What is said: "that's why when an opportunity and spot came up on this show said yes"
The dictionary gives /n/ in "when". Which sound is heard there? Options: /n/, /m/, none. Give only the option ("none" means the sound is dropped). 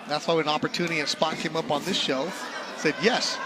none